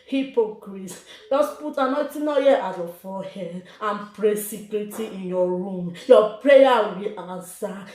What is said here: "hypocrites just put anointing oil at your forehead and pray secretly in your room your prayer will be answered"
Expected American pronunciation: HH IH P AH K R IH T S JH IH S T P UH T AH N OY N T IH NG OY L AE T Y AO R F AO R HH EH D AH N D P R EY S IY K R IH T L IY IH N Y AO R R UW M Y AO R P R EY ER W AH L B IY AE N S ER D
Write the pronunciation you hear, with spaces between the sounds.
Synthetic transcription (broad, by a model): HH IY P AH K R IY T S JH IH S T P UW T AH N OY T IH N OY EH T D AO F AO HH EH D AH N P R EY S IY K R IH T IY IH N Y AO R R UW M Y AO P R EY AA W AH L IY N S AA